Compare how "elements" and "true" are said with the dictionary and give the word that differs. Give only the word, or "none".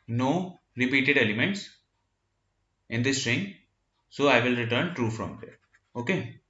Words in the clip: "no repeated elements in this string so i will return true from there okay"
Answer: none